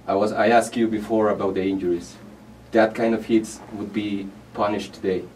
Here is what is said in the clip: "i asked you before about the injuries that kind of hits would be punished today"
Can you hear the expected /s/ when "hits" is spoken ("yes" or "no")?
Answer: yes